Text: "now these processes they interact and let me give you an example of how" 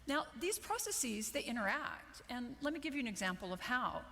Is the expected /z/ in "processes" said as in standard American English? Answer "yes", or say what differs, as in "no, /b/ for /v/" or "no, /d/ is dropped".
yes